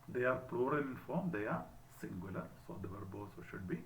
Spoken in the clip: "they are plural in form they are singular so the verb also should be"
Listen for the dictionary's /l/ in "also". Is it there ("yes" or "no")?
no